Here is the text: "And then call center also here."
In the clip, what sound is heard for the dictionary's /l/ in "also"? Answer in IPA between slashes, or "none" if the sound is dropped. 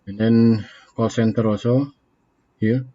none